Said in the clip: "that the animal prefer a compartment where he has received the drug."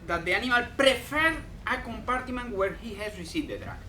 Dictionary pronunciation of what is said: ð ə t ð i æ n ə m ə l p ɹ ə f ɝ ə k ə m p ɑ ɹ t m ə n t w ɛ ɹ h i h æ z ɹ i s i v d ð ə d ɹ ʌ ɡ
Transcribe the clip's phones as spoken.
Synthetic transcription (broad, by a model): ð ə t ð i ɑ n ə m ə l p ɹ ə f ɝ ə k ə m p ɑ ɹ t m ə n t w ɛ ɹ h i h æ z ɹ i s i d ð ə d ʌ